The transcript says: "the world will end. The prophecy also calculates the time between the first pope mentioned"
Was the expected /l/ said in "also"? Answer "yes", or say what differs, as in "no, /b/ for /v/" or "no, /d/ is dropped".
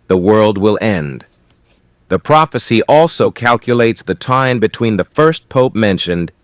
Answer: yes